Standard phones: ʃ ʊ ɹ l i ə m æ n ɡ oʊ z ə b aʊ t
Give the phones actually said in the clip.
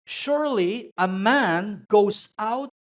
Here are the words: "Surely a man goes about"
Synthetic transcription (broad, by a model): ʃ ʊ ɹ l i ə m æ n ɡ oʊ ə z aʊ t